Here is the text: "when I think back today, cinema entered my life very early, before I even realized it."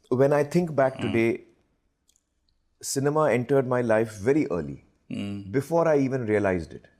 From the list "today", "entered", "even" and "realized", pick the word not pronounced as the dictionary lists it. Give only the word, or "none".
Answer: none